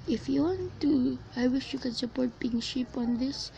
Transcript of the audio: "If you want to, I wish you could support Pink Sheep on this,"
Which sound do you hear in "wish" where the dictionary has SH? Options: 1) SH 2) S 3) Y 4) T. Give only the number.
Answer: 1